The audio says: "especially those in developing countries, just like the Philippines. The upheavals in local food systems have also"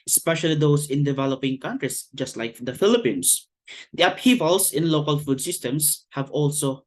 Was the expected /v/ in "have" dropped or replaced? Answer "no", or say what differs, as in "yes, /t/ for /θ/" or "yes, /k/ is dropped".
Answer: no